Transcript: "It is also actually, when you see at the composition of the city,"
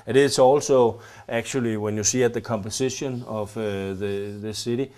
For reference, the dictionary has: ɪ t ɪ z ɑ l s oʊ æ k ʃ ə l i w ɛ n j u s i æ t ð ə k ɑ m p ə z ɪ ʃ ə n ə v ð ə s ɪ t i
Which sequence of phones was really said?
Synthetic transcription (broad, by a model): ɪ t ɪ s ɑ l s oʊ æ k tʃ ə l i w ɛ n j u s i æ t ð ə k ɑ m p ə s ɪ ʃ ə n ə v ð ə s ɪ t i